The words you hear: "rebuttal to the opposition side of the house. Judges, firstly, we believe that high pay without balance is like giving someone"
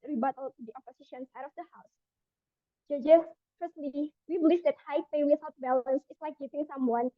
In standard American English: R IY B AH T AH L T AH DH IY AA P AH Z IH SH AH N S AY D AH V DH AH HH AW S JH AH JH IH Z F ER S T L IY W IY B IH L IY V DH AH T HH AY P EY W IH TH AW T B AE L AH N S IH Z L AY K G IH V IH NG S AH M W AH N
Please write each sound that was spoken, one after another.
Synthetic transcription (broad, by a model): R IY B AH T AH L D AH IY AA P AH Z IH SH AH N S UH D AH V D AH HH AW S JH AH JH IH S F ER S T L IY W IY B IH L IY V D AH T HH AY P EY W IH S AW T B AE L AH N S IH S L AY K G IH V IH NG S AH M W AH N